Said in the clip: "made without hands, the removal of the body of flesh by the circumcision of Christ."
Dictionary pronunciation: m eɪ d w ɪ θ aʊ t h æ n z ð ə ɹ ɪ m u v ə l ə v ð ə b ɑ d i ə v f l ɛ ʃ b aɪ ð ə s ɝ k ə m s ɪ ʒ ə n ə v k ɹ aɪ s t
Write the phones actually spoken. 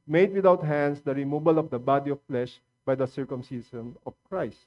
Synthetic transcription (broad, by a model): m eɪ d w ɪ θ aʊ t h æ n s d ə ɹ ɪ m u b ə l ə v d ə b ɑ d i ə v f l ɛ ʃ b aɪ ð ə s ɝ k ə m s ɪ s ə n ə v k ɹ aɪ s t